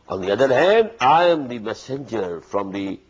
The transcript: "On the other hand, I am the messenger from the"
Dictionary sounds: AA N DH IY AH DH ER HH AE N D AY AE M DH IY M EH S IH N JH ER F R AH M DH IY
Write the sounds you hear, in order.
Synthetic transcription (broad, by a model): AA N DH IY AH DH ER HH AE N D AY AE M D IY M EH S IH N JH ER F R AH M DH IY